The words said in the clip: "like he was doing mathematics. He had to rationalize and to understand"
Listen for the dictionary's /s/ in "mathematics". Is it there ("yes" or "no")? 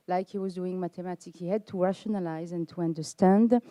no